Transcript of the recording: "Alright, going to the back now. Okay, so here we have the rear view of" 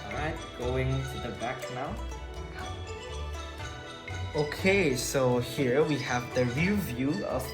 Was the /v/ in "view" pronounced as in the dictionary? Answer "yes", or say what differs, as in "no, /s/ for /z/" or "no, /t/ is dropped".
yes